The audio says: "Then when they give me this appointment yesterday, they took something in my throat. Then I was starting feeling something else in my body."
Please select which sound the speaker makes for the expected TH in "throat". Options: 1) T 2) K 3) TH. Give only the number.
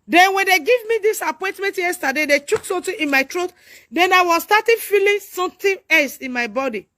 1